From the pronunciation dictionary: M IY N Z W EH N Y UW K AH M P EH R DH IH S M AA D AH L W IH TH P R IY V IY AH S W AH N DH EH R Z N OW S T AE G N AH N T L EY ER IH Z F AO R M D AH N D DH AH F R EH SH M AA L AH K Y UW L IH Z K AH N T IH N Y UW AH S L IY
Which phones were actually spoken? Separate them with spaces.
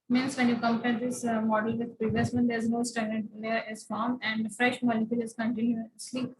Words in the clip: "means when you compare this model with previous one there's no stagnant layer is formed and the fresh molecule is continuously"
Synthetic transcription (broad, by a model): M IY N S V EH N Y UW K AH M P EH R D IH S M AA D AH L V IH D P R IY V IY AH S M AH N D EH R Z N OW S T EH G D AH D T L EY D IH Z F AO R M AH N D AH F R EH SH M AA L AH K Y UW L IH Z K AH N T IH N Y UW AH S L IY